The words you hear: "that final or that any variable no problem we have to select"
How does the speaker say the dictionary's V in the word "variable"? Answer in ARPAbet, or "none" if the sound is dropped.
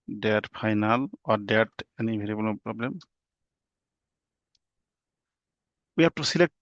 B